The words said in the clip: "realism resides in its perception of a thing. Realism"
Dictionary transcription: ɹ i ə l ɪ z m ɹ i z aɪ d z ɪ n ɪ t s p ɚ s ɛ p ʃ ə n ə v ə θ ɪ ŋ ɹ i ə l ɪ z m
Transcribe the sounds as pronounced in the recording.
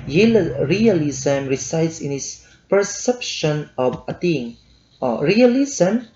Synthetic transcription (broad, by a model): ɹ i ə l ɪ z m ɹ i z aɪ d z ɪ n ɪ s p ɚ s ɛ p ʃ ə n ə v ə t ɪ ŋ ɹ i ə l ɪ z m